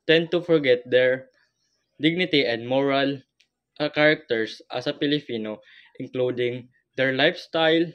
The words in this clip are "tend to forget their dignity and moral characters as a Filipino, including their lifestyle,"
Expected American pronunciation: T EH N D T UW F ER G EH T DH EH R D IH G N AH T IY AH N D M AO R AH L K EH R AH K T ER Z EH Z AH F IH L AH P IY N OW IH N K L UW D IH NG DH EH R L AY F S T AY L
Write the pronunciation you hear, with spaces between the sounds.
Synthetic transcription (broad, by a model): T EH N D T UW F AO G EH T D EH R D IH G N AH T IY AH N D M AO R AH L K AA R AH K T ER S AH S AH P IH L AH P IY N OW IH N K L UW D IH NG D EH R L AY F S T AY L